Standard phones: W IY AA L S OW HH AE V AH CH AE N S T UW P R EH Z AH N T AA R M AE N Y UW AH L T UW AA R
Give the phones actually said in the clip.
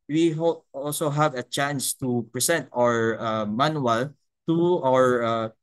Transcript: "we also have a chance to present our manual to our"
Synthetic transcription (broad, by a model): W IY AA L S OW HH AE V AH CH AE N S T UW P R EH S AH N T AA R M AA N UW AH L T UW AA R